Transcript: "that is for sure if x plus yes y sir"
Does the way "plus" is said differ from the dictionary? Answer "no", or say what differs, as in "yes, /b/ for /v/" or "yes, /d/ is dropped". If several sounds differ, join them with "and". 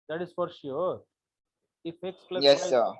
yes, /s/ is dropped